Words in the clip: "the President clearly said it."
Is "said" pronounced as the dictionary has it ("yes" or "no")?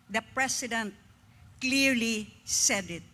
yes